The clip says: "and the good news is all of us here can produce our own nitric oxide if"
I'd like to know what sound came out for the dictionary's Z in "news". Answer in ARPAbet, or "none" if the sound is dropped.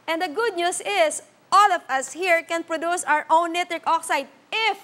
S